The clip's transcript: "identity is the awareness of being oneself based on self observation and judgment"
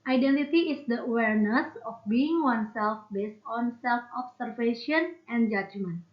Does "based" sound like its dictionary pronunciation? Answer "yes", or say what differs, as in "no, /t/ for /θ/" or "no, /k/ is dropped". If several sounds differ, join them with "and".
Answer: yes